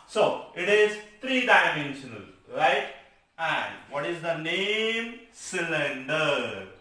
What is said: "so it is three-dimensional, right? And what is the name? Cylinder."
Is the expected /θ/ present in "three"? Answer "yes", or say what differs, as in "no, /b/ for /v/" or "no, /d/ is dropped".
no, /t/ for /θ/